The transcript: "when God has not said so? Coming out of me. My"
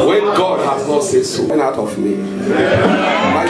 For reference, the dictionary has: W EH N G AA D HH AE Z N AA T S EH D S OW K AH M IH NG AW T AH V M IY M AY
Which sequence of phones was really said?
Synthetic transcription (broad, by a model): W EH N G AA D HH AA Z N AA T S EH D S OW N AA IH T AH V M IY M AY